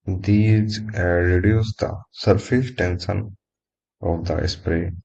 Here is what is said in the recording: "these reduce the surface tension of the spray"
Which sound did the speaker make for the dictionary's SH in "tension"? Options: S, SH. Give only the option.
S